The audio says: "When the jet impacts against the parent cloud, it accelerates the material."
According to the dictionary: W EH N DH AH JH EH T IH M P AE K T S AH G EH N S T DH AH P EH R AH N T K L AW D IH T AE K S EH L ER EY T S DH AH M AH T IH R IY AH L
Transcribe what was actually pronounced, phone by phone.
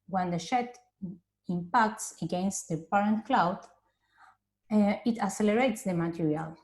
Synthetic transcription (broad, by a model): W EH N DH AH SH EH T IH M P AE K T S AH G EH N S T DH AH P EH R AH N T K L AW D IH T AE S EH L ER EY T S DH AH M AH T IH R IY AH L